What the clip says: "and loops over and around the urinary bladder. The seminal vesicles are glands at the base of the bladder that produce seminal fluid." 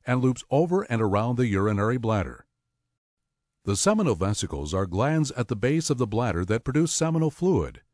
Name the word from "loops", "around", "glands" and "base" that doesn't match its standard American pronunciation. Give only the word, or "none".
none